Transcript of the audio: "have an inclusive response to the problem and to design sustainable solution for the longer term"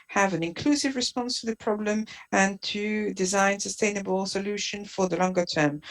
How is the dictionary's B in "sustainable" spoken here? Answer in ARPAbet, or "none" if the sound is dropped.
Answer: B